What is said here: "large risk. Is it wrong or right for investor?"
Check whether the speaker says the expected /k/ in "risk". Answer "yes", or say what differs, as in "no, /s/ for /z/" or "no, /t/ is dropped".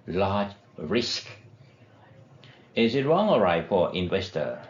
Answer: yes